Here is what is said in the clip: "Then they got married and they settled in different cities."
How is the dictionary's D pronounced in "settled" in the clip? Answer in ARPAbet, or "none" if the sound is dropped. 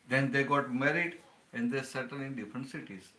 none